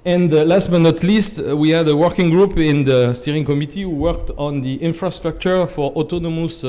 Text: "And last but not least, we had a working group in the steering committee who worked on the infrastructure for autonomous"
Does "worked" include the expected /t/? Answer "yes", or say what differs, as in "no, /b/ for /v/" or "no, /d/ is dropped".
yes